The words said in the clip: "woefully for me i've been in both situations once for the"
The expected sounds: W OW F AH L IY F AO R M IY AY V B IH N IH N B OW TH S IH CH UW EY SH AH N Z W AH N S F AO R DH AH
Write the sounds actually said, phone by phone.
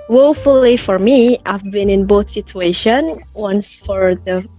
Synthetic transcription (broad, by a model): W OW F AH L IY F AO R M IY AY V B IH N IH N B OW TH S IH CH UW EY SH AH N W AH N S F AO R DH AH